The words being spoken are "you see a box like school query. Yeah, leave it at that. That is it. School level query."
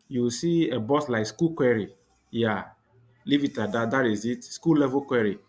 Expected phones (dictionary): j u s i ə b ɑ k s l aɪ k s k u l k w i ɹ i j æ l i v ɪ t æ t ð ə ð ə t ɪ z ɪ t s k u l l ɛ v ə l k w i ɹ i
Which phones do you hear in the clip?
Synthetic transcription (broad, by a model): j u s i ə b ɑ s l aɪ k s k u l k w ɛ ɹ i j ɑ l i v ɪ t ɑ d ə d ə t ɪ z ɪ t s k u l l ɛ v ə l k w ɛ ɹ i